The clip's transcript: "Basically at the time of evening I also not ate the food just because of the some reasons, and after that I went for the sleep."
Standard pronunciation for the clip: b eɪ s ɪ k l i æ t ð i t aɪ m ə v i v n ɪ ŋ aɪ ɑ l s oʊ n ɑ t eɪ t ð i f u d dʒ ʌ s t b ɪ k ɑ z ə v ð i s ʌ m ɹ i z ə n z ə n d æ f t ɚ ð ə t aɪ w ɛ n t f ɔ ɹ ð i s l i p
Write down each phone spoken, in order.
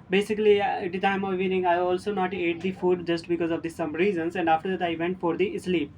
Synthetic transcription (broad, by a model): b eɪ s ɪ k l i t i t aɪ m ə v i n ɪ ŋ aɪ ɑ l s oʊ n ɑ t eɪ t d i f u d dʒ ʌ s t b ɪ k ɑ z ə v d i s ʌ m ɹ i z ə n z ə n d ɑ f t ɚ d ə t aɪ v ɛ n t f ɔ ɹ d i s l i p